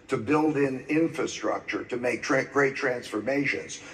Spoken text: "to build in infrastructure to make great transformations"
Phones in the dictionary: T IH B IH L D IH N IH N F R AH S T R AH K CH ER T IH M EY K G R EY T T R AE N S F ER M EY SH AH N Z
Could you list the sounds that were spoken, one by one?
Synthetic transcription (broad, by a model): T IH B IH L D IH N IH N F R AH S T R AH K CH ER T IH M EY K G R EY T T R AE N S F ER M EY SH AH N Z